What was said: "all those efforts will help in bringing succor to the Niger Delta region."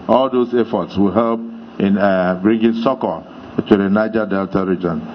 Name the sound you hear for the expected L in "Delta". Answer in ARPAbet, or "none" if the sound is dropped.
L